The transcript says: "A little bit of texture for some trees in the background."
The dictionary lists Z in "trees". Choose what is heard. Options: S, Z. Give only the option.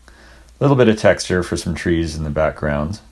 Z